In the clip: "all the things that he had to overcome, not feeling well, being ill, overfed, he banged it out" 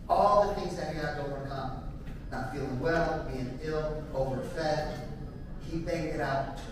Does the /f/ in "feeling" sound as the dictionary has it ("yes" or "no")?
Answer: yes